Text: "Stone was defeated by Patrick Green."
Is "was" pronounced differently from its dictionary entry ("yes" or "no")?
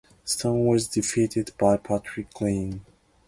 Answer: no